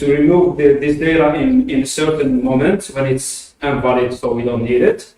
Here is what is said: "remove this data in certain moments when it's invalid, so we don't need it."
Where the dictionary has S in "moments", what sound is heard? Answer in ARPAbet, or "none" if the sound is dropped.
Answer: none